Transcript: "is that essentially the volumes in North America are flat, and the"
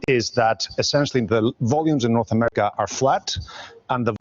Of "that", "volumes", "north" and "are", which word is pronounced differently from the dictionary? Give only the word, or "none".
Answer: none